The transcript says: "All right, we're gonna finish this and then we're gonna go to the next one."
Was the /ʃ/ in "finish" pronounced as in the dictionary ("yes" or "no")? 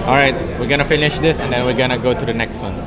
yes